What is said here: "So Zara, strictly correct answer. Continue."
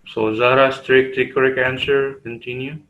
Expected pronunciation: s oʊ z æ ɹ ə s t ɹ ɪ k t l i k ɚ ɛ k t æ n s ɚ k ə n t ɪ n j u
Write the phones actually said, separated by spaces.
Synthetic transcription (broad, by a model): s oʊ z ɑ ɹ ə s t ɹ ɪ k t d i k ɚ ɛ k æ n s ɚ k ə n t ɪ n j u